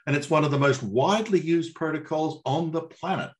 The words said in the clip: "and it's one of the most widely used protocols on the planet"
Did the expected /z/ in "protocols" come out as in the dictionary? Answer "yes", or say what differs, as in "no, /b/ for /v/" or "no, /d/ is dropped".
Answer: yes